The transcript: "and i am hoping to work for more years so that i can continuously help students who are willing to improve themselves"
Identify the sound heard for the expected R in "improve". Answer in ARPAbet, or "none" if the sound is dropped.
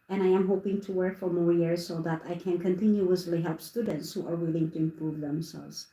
R